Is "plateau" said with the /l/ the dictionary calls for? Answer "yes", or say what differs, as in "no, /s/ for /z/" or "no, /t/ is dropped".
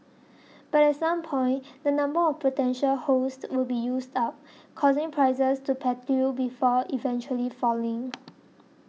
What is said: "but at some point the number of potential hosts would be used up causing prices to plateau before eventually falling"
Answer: no, /l/ is dropped